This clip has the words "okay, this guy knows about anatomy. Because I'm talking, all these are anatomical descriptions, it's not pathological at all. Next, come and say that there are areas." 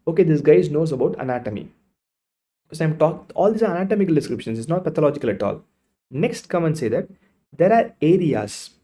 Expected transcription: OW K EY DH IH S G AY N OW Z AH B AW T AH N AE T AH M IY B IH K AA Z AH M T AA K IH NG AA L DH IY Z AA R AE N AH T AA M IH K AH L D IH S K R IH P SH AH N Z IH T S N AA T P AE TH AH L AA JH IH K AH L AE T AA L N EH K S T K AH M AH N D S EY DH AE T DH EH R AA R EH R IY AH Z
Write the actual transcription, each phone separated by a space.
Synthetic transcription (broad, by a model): OW K EY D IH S G AY N OW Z AH B AW T AH N AE T AH M IY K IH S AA AH M T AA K AA L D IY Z AA R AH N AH T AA M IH K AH L D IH S K R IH P SH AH N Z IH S N AA T P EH T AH L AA JH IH K AH L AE T AA L N EH K S T K AH M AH N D S EY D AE T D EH R AA R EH R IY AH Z